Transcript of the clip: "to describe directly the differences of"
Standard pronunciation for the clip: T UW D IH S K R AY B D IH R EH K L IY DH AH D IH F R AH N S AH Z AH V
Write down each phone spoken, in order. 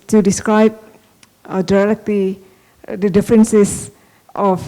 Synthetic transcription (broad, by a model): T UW D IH S K R AY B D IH L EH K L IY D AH D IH F R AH N S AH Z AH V